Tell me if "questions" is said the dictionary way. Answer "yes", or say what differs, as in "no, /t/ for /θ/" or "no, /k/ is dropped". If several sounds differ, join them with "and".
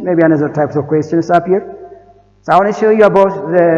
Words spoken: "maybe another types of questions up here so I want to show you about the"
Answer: no, /s/ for /z/